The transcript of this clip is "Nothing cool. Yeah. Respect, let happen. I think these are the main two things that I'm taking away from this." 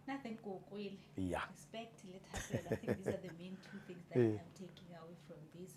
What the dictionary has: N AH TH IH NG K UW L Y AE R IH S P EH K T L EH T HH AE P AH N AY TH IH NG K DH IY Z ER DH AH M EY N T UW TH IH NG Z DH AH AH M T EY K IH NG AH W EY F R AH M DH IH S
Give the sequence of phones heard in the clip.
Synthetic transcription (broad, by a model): N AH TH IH NG K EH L Y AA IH S P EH K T L EH T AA AH L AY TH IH K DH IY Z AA DH AH M EY N T UW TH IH NG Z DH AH AH M T EY K IH NG AH W EY F R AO M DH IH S